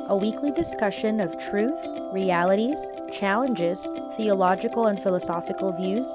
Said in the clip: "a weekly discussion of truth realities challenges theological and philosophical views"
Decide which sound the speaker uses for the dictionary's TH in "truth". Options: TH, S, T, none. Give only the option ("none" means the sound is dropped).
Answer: TH